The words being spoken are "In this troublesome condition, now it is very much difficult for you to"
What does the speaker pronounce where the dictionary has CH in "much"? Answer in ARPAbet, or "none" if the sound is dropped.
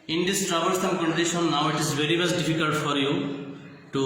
S